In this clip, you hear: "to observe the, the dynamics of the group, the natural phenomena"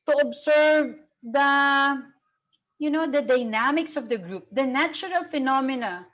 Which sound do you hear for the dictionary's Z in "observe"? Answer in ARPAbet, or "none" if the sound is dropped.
S